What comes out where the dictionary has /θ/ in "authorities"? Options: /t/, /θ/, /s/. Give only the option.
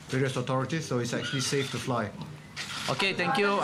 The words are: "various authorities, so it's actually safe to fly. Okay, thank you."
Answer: /t/